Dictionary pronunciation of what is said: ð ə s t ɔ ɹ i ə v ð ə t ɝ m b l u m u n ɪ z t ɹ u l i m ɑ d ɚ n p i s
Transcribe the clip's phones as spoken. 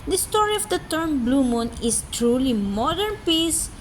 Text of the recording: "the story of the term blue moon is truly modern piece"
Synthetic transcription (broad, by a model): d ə s t ɔ ɹ i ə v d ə t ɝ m b l u m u n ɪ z t ɹ u l i m ɑ d ɚ n p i s